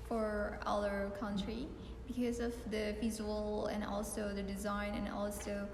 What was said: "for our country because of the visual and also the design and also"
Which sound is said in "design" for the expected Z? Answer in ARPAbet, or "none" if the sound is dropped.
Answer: Z